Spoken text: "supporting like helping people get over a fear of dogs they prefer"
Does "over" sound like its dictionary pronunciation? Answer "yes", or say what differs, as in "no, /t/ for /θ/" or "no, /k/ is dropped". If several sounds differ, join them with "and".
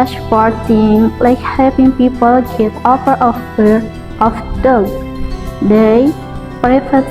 no, /f/ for /v/